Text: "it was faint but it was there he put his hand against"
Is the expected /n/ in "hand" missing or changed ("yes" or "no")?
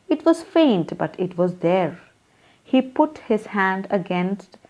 no